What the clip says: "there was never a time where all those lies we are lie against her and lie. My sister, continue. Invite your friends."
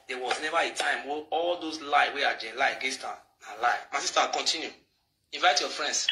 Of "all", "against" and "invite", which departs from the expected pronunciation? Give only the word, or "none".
against